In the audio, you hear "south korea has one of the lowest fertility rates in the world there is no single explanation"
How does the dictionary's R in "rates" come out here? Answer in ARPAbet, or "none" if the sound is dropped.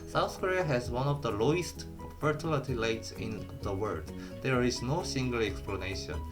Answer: L